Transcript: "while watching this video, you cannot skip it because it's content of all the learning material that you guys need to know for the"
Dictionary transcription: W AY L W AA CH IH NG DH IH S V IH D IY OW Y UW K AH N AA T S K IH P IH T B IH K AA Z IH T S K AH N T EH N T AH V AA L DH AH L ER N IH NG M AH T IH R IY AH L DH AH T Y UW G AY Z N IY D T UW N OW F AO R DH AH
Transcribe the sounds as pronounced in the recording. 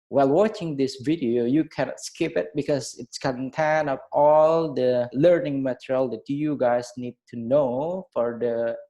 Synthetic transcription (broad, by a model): W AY L W AA CH IH NG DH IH S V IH D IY OW Y UW K AH N AA T S K IH P IH T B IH K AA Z IH T S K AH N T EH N AH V AA L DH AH L ER N IH NG M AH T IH R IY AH L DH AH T Y UW G AY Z N IY D T UW N OW F AO R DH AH